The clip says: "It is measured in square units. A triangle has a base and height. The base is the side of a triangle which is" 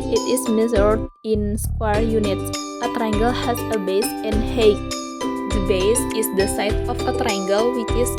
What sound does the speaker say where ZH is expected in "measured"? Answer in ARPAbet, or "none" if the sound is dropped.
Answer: Z